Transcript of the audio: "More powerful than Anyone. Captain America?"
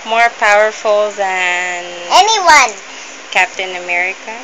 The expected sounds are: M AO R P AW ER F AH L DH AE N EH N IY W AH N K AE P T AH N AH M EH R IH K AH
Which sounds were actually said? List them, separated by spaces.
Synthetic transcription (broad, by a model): M AO R P AW ER F AH L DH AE N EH N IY W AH N K AE P T AH N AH M EH R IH K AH